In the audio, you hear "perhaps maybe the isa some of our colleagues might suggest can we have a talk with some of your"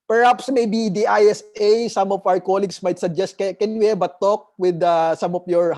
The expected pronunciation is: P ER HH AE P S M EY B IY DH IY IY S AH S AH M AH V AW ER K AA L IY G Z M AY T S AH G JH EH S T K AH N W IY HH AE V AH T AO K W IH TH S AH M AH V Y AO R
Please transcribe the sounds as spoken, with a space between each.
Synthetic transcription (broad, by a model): P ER HH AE P S M EY B IY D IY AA S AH S AH M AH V AW ER K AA L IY G S M AY T S AH G JH EH S T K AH N W IY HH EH B AH T AO K W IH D S AH M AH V Y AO R